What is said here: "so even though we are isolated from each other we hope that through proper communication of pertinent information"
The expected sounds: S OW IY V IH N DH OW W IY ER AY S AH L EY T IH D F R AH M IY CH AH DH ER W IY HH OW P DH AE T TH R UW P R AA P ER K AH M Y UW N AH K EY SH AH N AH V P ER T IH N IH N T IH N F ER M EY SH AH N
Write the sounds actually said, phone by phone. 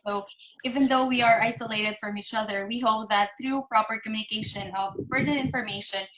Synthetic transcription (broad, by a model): S OW IY V IH N DH OW W IY ER AY S AH L EY T IH D F R AH M IY CH AH DH ER W IY HH OW P DH AE T TH R UW P R AA P ER K M Y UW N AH K EY SH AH N AH V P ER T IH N IH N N F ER M EY SH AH N